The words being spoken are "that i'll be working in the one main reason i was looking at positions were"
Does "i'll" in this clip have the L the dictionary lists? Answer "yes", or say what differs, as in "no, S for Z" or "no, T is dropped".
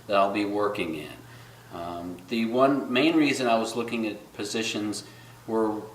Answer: yes